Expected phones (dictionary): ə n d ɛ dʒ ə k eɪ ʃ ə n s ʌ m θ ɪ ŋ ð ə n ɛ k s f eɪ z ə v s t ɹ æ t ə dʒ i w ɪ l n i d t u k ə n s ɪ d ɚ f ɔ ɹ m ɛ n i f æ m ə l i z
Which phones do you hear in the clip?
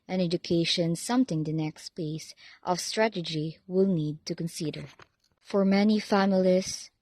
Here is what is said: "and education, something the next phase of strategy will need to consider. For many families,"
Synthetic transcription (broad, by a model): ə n ɛ dʒ ə k eɪ ʃ ə n s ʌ m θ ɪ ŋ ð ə n ɛ k s p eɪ s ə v s t ɹ æ t ə dʒ i w ɪ l n i d t u k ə n s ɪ d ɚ f ɔ ɹ m ɛ n i f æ m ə l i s